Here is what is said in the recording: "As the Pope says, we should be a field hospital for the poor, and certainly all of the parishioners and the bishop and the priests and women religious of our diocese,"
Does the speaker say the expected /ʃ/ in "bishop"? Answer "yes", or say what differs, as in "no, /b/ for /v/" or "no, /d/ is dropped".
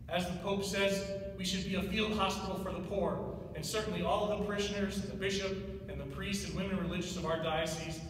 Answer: yes